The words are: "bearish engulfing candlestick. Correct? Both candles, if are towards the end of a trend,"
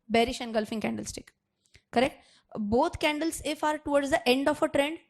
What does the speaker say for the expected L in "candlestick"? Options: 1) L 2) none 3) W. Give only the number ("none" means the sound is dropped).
1